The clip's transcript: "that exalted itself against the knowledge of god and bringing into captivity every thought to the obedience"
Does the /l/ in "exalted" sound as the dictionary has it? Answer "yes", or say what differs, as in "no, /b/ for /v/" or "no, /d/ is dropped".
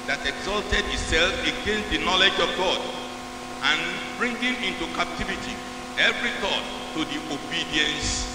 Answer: yes